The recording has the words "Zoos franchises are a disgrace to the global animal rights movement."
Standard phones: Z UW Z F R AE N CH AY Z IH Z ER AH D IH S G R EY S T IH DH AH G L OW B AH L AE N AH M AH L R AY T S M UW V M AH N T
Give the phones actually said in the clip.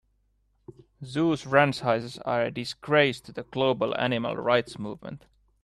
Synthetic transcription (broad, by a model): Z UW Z R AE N S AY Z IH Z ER AH D IH S G R EY S T IH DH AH G L OW B AH L AE N AH M AH L R AY T S M UW V M AH N T